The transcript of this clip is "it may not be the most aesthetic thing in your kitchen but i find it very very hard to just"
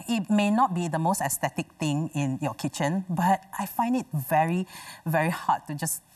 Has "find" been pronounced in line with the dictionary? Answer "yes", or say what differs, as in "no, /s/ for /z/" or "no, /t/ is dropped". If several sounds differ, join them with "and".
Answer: yes